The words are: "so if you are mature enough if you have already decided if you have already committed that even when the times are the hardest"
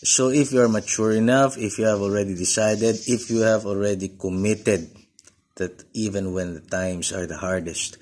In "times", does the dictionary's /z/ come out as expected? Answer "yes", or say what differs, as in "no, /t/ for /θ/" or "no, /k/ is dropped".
no, /s/ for /z/